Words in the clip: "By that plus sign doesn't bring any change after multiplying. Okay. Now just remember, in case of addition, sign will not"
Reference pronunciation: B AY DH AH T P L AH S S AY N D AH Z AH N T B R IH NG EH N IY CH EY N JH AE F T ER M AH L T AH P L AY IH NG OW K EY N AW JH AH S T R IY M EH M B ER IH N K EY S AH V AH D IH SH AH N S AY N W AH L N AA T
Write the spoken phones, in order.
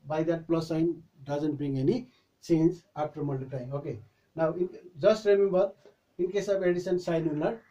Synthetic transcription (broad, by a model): B AY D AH T P L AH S S AY N D AH Z AH N T B R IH NG EH N IY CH EY N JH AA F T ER M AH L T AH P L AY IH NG OW K EY N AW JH AH S T R IY M EH M B ER IH N K EY S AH B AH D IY S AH N S AY N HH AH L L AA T